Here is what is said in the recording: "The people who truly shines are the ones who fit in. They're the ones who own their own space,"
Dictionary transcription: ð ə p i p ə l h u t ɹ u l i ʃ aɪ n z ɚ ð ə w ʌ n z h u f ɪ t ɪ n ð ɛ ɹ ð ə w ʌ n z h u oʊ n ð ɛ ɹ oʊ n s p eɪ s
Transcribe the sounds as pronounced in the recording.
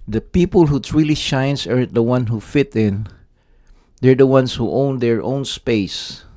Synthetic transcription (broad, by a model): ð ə p i p ə l h u t ɹ u l i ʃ aɪ n s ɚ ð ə w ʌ n h u f ɪ t ɪ n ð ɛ ɹ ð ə w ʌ n s h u oʊ n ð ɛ ɹ oʊ n s p eɪ s